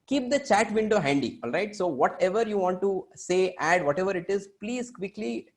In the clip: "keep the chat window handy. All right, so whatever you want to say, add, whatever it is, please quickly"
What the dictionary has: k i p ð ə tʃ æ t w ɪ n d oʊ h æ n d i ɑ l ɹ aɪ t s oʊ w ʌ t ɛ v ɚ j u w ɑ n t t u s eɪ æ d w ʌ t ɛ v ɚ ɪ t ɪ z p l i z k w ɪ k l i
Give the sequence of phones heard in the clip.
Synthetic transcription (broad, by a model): k i p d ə tʃ æ t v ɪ n d oʊ h æ n d i ɑ l ɹ aɪ t s oʊ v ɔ t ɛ v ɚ j u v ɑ n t t u s eɪ æ d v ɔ t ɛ v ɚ ɪ t ɪ z p l i z k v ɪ k l i